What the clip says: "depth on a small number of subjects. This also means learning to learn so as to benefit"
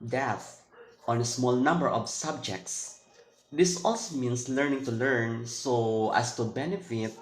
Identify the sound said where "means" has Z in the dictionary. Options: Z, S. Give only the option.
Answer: S